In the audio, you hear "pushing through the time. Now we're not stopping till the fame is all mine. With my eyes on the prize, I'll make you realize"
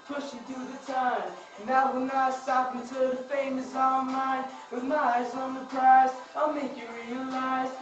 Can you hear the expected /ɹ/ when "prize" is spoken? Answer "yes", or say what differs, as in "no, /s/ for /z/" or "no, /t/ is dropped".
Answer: no, /ɹ/ is dropped